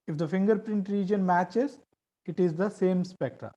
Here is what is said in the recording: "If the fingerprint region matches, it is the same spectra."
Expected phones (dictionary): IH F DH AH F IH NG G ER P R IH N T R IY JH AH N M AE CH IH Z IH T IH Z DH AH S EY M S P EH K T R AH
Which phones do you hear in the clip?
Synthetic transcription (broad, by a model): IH F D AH F IH NG G ER P R IH N T R IY JH AH N M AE CH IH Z IH T IH Z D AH S EY M S P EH K T R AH